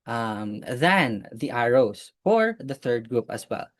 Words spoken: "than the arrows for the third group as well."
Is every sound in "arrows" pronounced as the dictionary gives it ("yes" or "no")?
no